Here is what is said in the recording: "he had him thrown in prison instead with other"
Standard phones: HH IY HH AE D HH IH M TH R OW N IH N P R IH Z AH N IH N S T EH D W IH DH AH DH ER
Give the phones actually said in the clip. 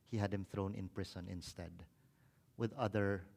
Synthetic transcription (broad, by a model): HH IY HH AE D HH IH M TH R OW N IH N P R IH S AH N IH N S T EH D W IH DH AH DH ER